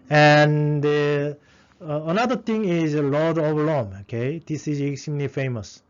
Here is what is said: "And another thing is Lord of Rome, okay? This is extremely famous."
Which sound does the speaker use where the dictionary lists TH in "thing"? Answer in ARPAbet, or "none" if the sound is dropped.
T